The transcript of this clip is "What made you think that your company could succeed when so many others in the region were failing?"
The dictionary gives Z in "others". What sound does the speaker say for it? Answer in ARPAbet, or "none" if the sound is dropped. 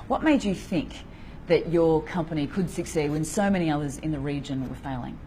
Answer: Z